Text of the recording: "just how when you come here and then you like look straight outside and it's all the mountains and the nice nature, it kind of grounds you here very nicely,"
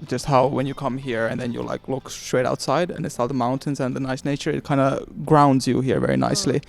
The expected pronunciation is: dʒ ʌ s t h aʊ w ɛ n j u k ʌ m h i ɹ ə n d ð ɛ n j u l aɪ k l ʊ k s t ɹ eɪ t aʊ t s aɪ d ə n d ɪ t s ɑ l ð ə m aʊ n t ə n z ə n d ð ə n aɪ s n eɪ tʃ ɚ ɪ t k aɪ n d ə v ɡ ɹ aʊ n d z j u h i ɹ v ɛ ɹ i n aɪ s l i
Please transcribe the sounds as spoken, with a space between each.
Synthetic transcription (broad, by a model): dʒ ʌ s t h aʊ w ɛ n j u k ʌ m h i ɹ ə n ð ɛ n j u l aɪ k l ʊ k s t ɹ eɪ t aʊ t s aɪ d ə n ɪ t s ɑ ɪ ð ə m aʊ n t ə n z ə n ð ə n aɪ s n eɪ tʃ ɚ ɪ t k aɪ n d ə ɡ ɹ aʊ n d z j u h i ɹ v ɛ ɹ i n aɪ s l i